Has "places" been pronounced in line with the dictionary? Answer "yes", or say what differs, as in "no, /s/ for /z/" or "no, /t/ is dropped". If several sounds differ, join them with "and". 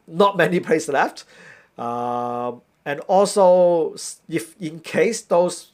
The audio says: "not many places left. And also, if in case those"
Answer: no, /s/ is dropped and /s/ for /z/